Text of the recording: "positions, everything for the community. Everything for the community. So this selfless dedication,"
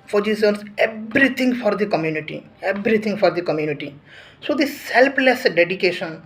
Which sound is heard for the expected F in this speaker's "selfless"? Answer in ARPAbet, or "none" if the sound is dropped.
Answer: P